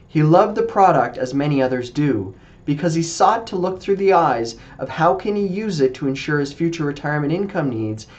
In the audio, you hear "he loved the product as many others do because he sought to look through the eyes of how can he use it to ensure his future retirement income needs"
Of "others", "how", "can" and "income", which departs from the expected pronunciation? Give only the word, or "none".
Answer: none